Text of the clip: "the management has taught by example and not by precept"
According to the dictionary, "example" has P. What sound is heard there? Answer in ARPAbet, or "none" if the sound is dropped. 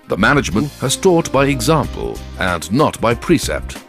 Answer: P